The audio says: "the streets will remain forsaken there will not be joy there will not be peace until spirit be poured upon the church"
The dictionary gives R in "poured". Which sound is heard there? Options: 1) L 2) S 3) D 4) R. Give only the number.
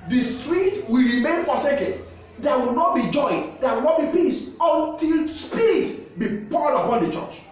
1